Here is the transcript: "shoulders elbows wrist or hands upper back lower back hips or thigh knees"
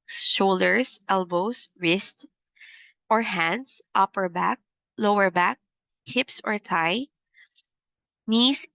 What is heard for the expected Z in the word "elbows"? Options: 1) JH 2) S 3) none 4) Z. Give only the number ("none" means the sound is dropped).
2